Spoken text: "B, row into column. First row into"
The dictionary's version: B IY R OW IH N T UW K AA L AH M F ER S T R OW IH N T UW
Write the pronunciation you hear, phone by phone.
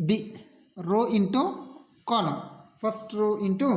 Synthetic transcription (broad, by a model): B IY R OW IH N T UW K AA N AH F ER S T R OW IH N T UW